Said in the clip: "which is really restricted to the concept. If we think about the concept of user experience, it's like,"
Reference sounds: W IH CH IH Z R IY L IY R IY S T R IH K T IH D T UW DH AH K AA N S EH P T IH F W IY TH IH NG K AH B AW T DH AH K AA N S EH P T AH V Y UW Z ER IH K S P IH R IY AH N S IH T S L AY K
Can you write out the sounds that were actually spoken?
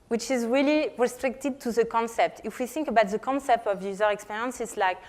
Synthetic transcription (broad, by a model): W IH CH IH Z R IY L IY R IY S T R IH K T IH D T UW DH AH K AA N S EH P T IH F W IY TH IH NG K AH B AW T DH AH K AA N S EH P T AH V Y UW Z ER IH K S P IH R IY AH N S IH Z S L AY K